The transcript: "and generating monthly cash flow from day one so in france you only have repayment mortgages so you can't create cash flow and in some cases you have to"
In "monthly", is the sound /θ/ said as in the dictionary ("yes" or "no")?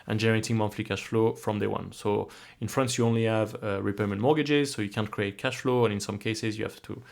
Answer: no